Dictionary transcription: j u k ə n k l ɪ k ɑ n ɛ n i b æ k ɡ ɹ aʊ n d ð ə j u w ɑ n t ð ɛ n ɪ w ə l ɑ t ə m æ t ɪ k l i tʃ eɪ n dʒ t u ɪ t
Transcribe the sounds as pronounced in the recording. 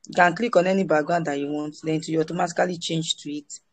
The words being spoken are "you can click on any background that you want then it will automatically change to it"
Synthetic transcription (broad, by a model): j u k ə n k l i k ɑ n ɛ n i b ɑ ɡ aʊ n d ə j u w ɑ n t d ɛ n ɪ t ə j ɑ t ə m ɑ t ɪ k l i tʃ eɪ n dʒ t u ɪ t